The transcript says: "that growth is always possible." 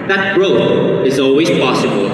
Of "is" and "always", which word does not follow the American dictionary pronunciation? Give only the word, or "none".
none